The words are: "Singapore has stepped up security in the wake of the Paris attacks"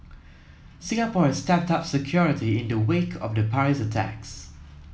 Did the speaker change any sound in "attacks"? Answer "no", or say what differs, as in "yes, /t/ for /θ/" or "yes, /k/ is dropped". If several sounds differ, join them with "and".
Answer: no